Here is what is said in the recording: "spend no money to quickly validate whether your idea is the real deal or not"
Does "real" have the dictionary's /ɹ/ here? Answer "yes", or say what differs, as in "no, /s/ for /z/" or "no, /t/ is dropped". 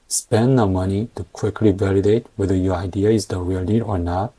no, /w/ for /ɹ/